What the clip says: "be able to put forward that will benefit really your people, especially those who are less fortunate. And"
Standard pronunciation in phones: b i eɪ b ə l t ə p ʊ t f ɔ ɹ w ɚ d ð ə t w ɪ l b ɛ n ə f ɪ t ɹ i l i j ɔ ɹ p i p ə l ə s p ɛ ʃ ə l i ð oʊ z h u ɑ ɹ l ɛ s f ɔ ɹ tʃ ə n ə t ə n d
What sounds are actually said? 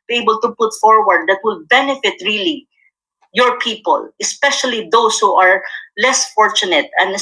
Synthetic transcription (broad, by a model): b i eɪ b ə l t ə p ʊ t f ɔ ɹ w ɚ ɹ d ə t w ɪ l b ɛ n ə f ɪ t ɹ i l i j ɔ ɹ p i p ə l ə s p ɛ ʃ ə l i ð oʊ s h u ɑ ɹ l ɛ s f ɔ ɹ tʃ ə n ə t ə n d